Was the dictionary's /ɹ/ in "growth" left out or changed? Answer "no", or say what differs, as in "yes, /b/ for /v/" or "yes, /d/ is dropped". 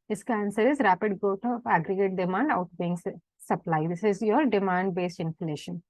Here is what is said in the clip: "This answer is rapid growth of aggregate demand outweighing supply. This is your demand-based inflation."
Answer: yes, /ɹ/ is dropped